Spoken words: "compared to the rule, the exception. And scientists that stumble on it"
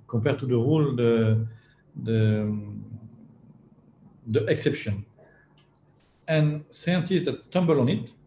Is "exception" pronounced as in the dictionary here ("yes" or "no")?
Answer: yes